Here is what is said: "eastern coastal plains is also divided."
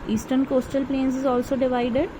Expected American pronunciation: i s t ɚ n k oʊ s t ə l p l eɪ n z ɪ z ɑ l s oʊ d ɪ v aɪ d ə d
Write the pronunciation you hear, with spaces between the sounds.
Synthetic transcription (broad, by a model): i s t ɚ n k oʊ s t ə l p l eɪ n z ɪ z ɑ l s oʊ d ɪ v aɪ d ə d